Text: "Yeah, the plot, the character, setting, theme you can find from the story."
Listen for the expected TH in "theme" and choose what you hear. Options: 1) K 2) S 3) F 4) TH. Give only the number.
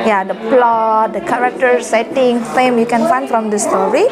3